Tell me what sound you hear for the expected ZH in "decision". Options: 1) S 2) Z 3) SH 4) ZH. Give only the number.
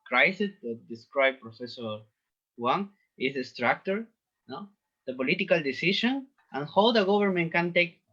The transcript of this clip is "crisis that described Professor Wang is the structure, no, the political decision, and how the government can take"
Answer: 3